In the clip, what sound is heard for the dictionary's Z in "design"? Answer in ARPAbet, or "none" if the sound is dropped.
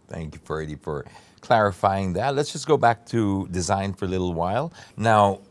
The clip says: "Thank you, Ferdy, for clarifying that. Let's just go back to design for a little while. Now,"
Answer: Z